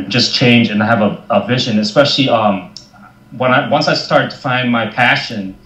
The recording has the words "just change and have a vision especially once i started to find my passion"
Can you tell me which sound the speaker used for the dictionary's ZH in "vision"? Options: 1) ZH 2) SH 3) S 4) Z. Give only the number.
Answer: 1